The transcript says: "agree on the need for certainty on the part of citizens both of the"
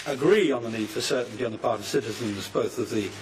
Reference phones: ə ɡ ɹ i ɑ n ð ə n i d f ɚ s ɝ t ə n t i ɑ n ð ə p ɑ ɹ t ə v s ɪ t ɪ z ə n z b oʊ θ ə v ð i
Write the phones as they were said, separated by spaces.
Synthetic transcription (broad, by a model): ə ɡ ɹ i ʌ n ð ə n i d f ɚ s ɝ t n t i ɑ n ð ə p ɑ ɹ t ə v s ɪ t ɪ z ə n z b oʊ θ ə v ð i